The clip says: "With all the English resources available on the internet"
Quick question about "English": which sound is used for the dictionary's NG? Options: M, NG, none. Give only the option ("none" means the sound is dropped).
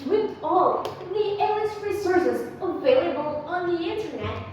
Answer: none